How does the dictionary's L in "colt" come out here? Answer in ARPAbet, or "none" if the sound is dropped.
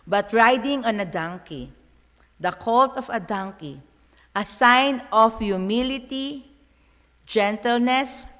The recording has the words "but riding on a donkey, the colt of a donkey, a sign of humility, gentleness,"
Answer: L